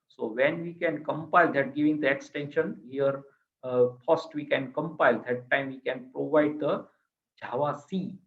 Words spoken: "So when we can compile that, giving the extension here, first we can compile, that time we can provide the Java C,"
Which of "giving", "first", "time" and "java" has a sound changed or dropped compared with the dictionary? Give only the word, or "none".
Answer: first